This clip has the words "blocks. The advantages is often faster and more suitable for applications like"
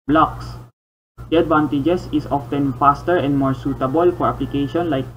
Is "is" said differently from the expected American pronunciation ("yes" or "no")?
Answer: yes